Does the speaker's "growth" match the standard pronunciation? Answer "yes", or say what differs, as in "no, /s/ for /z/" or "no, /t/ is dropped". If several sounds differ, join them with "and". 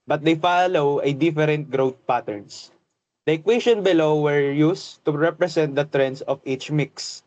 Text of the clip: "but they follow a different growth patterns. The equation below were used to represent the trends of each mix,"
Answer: no, /t/ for /θ/